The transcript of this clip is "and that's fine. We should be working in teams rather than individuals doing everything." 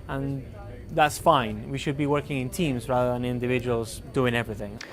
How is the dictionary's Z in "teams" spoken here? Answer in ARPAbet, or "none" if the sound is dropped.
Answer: Z